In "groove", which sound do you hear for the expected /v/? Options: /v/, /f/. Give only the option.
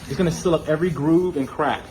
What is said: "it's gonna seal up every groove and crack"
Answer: /v/